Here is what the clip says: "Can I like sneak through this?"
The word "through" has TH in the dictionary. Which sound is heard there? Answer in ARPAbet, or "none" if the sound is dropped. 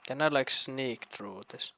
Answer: T